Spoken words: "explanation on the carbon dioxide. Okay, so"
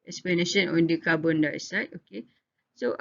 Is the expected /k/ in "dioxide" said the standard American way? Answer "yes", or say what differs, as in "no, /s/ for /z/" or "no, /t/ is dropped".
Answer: no, /k/ is dropped